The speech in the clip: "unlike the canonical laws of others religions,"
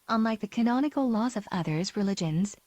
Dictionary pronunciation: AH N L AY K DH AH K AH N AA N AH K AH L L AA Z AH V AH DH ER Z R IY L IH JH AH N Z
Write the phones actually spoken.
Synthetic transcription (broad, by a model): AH N L AY K DH AH K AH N AA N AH K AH L L AA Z AH V AH DH ER Z R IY L IH JH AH N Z